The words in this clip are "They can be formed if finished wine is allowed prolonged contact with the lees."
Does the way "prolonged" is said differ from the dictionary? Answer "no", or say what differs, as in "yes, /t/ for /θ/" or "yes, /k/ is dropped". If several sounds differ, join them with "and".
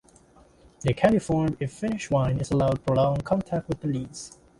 yes, /ɹ/ is dropped